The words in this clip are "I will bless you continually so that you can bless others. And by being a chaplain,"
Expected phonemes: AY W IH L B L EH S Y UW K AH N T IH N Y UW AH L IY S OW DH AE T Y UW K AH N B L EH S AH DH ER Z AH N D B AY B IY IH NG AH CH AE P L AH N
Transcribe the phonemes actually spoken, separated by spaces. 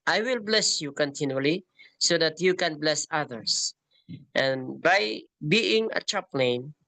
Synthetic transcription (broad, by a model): AY W IH L B L EH S Y UW K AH N T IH N Y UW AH L IY S OW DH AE T Y UW K AH N B L EH S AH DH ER S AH N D B AY B IY IH NG AH CH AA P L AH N